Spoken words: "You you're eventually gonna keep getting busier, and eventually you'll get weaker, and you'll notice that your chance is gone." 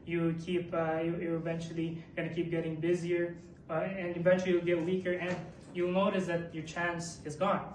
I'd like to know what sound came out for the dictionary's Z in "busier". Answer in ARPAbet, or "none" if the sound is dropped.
Z